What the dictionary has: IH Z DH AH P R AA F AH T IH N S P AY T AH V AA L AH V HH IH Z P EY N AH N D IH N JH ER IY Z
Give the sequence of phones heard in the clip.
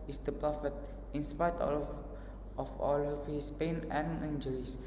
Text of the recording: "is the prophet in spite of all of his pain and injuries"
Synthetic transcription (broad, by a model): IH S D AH P R AA F AH T IH N S P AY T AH F AA L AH F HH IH S P EY N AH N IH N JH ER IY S